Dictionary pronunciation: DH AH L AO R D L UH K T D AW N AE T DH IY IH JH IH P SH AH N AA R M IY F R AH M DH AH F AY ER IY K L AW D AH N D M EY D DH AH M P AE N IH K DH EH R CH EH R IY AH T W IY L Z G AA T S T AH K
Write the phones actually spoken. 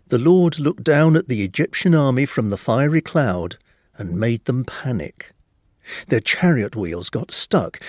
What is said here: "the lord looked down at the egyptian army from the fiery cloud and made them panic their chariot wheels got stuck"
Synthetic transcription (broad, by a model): DH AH L AO R D L UH K D AW N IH T DH IY IH JH IH P SH AH N AA R M IY F R AH M DH AH F AY ER IY K L AW D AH N M EY D DH AH M P AE N IH K DH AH R CH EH R IY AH T W IY L Z G AA T S T AH K